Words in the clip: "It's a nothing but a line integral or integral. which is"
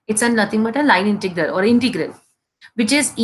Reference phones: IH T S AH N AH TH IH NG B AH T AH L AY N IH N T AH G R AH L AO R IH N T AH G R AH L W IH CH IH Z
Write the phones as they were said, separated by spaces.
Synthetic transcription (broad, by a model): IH T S AH N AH T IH NG B AH T AH L AY N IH N T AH G R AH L AO R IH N T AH G R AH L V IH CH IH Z